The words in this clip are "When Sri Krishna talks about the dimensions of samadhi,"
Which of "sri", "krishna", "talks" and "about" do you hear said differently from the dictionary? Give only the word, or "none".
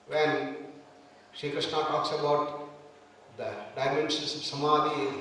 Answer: sri